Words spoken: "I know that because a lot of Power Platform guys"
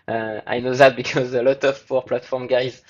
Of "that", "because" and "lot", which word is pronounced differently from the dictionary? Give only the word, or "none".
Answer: none